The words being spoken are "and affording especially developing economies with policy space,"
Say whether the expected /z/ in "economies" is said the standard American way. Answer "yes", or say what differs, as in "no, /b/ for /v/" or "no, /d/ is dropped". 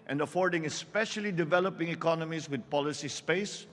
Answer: no, /s/ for /z/